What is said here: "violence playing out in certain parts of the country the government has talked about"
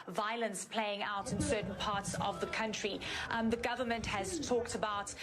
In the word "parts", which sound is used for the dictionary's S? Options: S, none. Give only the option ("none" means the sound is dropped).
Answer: S